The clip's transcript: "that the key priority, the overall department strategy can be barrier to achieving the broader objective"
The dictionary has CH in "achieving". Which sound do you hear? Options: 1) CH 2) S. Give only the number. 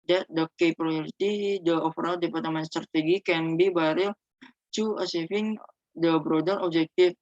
2